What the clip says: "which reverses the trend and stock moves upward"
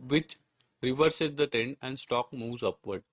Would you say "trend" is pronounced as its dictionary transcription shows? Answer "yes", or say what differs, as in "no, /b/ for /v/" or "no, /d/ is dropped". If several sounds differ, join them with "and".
no, /ɹ/ is dropped